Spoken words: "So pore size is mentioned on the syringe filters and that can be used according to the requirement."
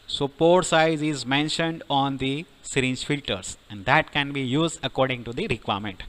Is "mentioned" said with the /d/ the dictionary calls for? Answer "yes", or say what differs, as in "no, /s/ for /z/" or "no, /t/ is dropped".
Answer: yes